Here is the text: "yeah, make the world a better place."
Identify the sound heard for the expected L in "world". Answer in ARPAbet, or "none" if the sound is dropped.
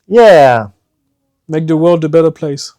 L